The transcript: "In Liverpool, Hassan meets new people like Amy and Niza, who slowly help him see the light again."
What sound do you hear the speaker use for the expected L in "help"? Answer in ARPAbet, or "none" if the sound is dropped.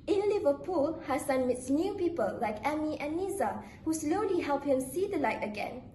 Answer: L